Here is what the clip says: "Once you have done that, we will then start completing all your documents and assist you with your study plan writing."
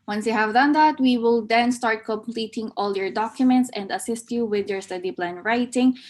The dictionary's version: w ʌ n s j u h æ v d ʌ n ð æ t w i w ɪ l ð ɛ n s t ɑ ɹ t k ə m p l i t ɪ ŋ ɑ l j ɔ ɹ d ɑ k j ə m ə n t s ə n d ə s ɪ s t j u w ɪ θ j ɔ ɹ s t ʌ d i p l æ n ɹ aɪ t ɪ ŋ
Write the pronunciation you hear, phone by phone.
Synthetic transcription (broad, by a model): w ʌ n s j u h æ v d ʌ n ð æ t w i w ɪ l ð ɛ n s t ɑ ɹ t k ə m p l i t ɪ ŋ ɑ l j ɔ ɹ d ɑ k j ə m ə n t s ə n d ə s ɪ s t j u w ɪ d j ɔ ɹ s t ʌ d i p l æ n ɹ aɪ t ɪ ŋ